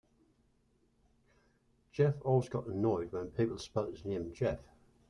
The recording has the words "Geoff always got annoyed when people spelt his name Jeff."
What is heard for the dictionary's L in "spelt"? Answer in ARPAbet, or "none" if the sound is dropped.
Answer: none